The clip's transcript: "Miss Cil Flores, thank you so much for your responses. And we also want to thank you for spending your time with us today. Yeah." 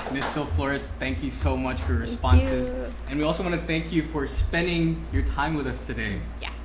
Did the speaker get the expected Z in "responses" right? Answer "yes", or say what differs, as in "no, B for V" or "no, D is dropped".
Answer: yes